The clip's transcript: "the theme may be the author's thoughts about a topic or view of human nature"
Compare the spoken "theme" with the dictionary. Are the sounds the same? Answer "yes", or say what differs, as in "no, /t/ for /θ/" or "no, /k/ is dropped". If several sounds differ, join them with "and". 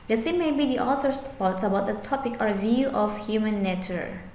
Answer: no, /s/ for /θ/